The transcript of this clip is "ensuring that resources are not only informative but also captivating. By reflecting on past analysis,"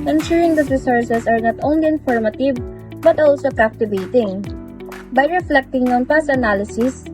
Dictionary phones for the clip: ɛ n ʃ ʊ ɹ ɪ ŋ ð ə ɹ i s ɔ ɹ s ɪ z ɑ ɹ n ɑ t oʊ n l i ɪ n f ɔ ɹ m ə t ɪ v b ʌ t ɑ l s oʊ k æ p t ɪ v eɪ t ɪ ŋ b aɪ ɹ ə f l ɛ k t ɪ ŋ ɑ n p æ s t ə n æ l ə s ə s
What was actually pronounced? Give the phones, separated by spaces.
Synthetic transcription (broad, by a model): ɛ n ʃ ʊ ɹ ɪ ŋ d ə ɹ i s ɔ ɹ s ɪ s ɑ ɹ n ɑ t oʊ n l i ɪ n f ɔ ɹ m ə t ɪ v b ʌ t ɑ l s oʊ k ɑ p t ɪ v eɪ t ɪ ŋ b aɪ ɹ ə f l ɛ k t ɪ ŋ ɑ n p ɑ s ə n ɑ l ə s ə s